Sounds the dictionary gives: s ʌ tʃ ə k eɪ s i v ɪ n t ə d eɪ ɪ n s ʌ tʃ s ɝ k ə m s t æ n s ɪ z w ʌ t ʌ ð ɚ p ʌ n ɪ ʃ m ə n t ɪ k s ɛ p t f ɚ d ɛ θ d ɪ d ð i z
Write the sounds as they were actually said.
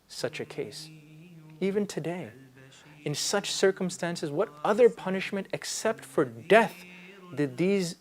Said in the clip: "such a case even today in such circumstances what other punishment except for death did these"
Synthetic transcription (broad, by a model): s ʌ tʃ ə k eɪ s i v ɪ n t ə d eɪ ɪ n s ʌ tʃ s ɝ k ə m s t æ n s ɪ z w ʌ t ʌ ð ɚ p ʌ n ɪ ʃ m ə n t ɪ k s ɛ p t f ɚ d ɛ θ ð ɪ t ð i z